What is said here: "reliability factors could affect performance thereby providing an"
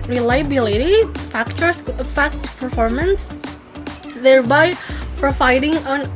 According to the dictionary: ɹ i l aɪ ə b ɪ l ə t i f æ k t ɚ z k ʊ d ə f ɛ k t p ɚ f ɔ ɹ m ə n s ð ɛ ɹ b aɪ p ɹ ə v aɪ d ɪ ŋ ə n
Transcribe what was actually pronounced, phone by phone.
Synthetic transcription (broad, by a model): ɹ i l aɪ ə b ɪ l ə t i f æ k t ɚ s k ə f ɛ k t p ɚ f ɔ ɹ m ə n s ð ɛ ɹ b aɪ p ɹ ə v aɪ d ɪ ŋ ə n